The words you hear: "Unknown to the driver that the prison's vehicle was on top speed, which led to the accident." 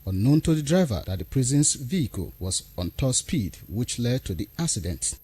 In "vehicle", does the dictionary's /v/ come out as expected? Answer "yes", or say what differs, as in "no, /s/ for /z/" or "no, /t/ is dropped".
yes